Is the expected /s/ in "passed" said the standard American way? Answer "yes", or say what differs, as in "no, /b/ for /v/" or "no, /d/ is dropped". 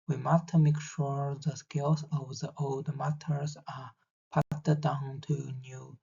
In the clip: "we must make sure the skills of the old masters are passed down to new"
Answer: no, /s/ is dropped